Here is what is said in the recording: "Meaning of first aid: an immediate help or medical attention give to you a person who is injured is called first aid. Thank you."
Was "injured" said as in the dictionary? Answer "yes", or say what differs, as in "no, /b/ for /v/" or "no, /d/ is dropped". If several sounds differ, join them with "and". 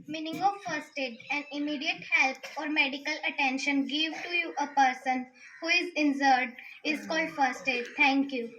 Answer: no, /z/ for /dʒ/